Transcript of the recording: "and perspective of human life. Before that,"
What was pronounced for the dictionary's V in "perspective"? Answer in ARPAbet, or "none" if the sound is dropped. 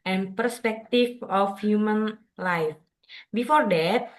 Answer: F